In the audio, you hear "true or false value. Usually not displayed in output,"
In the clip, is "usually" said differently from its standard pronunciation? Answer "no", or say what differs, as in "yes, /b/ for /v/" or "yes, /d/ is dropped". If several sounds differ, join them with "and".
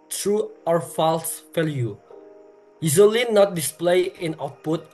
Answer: yes, /z/ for /ʒ/